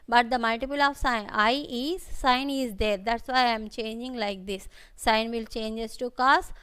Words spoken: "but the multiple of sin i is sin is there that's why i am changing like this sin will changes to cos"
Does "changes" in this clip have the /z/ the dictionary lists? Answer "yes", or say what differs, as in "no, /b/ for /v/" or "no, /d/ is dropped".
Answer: no, /s/ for /z/